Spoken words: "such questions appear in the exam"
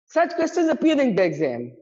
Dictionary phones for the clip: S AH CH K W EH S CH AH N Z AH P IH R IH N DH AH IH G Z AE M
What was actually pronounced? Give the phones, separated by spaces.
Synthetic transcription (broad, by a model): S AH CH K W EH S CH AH Z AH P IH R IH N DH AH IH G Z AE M